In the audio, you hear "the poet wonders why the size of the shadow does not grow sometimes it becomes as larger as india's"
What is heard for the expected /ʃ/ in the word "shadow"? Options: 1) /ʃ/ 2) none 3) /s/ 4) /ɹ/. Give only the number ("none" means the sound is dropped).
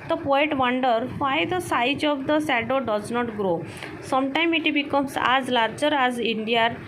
3